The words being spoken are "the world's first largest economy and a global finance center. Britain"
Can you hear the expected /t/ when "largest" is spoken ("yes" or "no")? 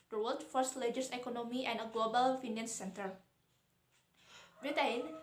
no